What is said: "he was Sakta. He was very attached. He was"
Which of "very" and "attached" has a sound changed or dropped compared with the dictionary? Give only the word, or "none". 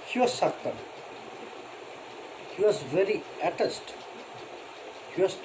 attached